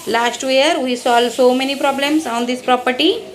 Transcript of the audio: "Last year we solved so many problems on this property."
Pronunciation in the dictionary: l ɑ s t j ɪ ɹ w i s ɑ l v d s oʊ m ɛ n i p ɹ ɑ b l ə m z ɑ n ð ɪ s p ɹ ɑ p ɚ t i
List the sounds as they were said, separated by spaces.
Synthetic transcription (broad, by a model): l ɑ s t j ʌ ɹ w i s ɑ l d s oʊ m ɛ n i p ɹ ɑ b l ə m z ɑ n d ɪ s p ɹ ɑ p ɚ t i